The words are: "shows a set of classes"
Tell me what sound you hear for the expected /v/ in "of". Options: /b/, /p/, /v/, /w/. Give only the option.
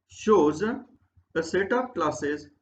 /p/